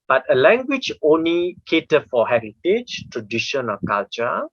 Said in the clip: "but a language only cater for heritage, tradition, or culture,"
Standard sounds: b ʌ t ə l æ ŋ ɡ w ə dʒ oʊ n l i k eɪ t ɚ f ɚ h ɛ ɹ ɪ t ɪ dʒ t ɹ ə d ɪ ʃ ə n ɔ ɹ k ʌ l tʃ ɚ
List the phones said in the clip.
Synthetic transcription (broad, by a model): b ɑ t ə l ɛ ŋ ɡ w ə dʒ oʊ n l i k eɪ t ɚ f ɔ h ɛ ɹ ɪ t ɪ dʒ t ɹ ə d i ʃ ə n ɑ l k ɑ l tʃ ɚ